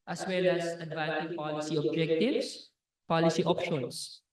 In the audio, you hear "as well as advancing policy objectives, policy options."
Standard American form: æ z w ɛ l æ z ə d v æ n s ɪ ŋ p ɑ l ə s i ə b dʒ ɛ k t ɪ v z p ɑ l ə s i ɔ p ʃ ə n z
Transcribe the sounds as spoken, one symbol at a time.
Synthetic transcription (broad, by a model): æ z w ɛ l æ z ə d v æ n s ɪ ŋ p ɑ l ə s i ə b dʒ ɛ k t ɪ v s p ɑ l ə s i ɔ p ʃ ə n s